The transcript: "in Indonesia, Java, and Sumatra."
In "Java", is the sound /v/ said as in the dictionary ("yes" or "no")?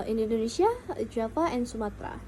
no